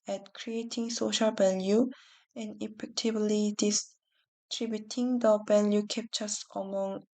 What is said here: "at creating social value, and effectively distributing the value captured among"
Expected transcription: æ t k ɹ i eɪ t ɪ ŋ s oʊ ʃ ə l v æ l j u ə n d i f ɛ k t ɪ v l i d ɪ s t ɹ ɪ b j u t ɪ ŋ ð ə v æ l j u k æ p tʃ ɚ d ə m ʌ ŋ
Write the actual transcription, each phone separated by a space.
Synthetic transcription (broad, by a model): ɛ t k ɹ i eɪ t ɪ ŋ s oʊ ʃ ə l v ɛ l j u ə n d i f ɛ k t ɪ b l i d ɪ s t ɹ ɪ b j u t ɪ ŋ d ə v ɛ l j u k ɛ p tʃ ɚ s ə m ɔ ŋ